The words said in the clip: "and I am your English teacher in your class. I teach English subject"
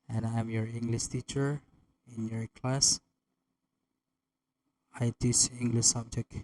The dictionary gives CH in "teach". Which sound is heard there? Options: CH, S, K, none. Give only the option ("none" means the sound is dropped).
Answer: S